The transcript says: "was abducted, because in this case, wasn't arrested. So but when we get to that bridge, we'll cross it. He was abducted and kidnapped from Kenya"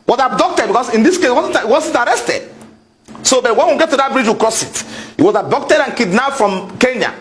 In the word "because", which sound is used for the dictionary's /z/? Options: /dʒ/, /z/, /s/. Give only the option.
/s/